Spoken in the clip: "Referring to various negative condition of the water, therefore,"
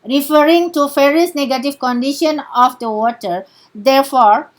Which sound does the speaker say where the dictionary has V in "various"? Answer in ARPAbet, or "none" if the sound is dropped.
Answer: F